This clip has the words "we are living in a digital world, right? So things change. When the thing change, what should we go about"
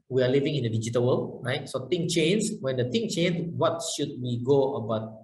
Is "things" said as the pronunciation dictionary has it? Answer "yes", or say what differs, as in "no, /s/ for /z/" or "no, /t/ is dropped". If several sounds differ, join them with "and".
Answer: no, /t/ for /θ/ and /z/ is dropped